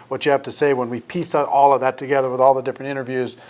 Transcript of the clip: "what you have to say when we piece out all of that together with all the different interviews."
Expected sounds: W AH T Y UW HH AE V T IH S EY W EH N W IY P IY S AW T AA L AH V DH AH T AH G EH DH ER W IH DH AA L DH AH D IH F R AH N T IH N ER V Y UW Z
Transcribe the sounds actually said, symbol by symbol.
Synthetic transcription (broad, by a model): W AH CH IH HH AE F T IH S EY W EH N W IY P IY S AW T AA L AH V DH AH T AH G EH DH ER W IH DH AA L DH AH D IH F R AH N T IH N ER V Y UW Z